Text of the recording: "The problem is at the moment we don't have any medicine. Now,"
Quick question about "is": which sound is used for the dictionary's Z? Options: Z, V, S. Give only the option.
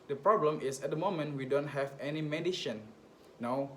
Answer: S